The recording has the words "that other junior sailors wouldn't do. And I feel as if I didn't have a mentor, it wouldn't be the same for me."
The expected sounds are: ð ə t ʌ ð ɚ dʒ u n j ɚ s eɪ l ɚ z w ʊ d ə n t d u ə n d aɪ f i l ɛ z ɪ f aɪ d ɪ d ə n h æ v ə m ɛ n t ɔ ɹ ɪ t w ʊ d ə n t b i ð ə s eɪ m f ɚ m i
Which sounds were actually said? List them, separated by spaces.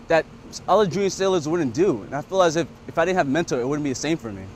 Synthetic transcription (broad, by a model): ð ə t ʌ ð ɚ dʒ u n s eɪ l ɚ z w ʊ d n d u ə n aɪ f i l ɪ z ɪ f aɪ d ɪ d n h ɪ v m ɛ n t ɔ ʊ ɪ t w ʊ d n b i ð ə s eɪ m f ɚ m i